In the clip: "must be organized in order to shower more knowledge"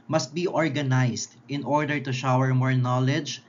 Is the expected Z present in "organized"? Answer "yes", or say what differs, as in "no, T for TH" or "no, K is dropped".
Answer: no, S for Z